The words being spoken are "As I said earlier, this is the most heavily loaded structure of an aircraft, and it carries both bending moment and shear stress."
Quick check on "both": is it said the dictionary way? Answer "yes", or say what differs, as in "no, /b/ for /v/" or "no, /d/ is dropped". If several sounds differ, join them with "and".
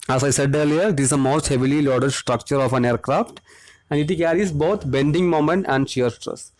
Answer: no, /t/ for /θ/